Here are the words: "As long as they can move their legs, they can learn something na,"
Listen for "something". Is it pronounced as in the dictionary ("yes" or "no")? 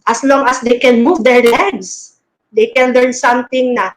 no